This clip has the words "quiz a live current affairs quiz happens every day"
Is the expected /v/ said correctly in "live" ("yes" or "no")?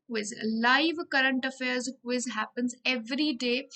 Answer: yes